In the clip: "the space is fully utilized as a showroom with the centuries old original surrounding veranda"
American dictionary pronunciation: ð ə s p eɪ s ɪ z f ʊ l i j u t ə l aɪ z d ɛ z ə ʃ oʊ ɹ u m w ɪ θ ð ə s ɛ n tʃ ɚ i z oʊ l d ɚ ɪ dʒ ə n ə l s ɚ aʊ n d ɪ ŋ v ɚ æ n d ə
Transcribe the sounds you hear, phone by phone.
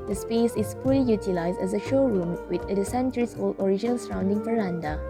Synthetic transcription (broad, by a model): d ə s p eɪ s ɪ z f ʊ l i j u t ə l aɪ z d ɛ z ə ʃ oʊ ɹ u m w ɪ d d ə s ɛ n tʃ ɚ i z oʊ l d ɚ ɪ dʒ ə n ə l s ɚ aʊ n d ɪ ŋ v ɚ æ n d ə